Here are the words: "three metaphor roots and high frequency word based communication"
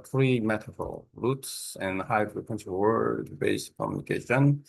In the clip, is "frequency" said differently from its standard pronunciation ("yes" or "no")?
yes